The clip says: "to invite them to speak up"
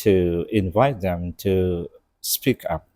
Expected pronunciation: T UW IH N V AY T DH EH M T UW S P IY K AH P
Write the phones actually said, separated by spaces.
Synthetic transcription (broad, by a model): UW IH N V AY T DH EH M T UW S P IY K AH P